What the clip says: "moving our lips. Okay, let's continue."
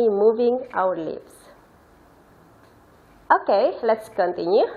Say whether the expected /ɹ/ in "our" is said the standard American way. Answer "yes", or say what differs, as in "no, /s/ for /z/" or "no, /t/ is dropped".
no, /w/ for /ɹ/